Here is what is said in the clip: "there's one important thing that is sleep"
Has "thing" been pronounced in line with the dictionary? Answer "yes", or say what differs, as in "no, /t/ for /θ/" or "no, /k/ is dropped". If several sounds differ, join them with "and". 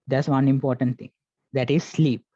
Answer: no, /t/ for /θ/